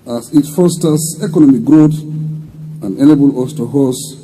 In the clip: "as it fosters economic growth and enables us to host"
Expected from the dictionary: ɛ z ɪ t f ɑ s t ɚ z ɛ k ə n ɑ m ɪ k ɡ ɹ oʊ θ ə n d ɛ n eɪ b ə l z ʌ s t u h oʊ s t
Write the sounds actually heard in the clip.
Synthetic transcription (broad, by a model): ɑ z ɪ t f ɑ s t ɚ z ɛ k ə n ɑ m ɪ k ɡ ɹ oʊ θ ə n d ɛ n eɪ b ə l ʌ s t u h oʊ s